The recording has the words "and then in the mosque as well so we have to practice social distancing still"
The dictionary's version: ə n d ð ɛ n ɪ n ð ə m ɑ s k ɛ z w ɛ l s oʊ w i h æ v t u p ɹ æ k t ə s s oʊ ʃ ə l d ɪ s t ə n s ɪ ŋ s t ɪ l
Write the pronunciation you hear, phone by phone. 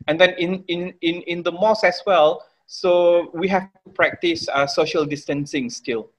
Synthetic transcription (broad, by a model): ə n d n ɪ n ɪ n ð ə m ɑ s ɛ s w ɛ l s oʊ w i h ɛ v t u p ɹ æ k t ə s s oʊ ʃ ə l d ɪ s t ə n s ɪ ŋ s t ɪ l